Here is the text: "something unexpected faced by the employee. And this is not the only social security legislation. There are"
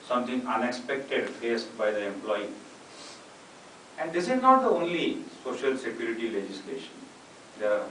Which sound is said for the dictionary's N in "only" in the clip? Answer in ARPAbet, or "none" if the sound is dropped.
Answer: N